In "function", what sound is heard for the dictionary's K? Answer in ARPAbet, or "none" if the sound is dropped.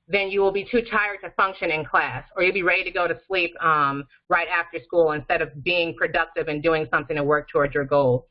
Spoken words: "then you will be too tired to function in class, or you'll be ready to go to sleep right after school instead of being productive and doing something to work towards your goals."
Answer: K